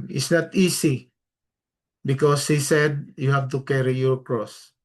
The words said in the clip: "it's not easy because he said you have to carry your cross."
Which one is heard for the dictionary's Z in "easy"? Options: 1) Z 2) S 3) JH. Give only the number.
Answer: 2